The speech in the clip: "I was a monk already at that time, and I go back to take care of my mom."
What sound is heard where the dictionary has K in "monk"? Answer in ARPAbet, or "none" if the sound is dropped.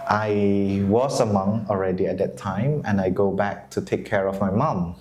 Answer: none